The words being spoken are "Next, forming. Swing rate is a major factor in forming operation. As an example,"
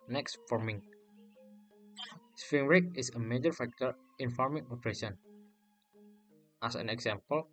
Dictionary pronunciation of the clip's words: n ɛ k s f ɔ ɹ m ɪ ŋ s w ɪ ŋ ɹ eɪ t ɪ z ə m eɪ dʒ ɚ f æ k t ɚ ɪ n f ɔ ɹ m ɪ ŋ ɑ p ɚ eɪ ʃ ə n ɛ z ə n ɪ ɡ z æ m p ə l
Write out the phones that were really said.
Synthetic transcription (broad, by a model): n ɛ k s f ɔ ɹ m ɪ ŋ s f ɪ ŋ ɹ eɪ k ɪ s ə m eɪ dʒ ɚ f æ k t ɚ ɪ n f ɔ ɹ m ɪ ŋ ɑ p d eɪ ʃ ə n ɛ s ə n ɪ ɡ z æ m p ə l